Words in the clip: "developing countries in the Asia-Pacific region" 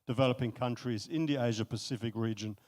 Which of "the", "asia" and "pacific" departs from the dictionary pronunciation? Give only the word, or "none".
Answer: none